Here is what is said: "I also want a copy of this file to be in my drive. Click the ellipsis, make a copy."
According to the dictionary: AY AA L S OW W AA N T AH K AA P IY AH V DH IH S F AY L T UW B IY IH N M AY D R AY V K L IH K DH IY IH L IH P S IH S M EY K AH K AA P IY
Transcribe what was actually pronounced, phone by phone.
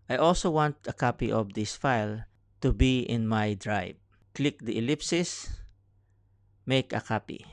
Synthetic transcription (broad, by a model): AY AA L S OW W AA N T AH K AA P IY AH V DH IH S F AY L T UW B IY IH N M AY D R AY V K L IH K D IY IH L IH P S IH S M EY K AH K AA P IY